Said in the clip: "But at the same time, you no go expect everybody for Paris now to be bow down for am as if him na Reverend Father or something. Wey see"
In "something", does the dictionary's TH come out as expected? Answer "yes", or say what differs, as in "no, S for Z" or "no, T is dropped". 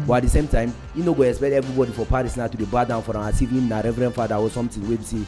no, T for TH